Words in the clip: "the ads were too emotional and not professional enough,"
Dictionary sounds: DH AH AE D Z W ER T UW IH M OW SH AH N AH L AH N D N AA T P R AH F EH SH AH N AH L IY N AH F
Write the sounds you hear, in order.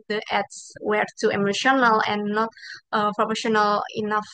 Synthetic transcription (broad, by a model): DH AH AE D S W ER T UW IH M OW SH AH N AH L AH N N AA T P R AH P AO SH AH N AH L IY N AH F